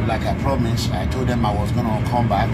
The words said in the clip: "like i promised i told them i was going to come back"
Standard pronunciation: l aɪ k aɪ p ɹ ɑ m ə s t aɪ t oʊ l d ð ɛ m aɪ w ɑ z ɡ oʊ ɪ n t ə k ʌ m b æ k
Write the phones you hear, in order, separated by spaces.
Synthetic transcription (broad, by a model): l aɪ k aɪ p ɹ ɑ m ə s aɪ t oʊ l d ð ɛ m aɪ w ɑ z ɡ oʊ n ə k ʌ m b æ k